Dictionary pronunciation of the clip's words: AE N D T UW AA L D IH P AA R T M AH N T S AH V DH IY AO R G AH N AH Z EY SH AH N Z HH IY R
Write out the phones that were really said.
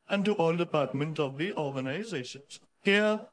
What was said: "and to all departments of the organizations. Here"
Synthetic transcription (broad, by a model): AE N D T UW AA L D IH P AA R T M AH N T AH V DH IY AO R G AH N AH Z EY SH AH N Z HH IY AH